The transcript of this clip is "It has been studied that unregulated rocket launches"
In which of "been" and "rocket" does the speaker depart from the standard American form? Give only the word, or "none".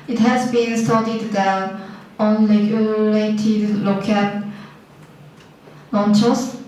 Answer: rocket